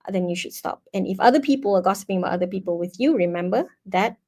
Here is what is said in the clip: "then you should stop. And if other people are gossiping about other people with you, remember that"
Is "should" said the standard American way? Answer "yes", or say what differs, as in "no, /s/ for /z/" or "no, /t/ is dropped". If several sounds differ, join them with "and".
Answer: yes